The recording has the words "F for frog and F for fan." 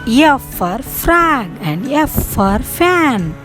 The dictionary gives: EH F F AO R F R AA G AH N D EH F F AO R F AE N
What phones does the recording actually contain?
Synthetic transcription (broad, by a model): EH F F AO R F R AA G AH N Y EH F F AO R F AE N